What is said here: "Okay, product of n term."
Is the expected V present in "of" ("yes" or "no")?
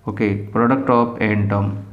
no